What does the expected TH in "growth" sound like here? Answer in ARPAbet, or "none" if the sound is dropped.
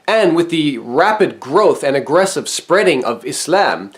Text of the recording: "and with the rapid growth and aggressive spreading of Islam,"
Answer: TH